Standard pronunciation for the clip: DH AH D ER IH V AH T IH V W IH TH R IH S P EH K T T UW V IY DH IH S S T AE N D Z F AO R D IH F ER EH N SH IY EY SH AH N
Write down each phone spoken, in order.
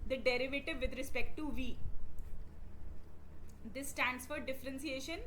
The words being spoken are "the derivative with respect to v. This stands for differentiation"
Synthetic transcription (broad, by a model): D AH D ER IH V AH T IH V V IH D R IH S P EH K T T UW V IY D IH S S T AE N D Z F AO R D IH F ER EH N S IY EY SH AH N